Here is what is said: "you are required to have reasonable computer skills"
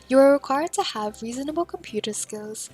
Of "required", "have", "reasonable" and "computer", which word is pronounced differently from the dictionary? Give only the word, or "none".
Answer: none